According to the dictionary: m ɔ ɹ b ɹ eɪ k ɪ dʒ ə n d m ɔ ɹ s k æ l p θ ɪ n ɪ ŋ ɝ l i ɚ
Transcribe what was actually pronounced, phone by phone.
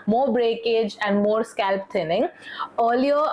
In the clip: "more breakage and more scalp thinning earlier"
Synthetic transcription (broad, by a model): m ɔ ɹ b ɹ eɪ k ɪ dʒ ə n d m ɔ ɹ s k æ l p t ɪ n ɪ ŋ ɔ l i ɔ